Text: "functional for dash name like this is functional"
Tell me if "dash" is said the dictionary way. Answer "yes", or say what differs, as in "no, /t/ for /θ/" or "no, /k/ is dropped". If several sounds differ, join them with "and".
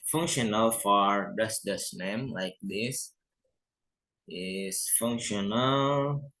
no, /s/ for /ʃ/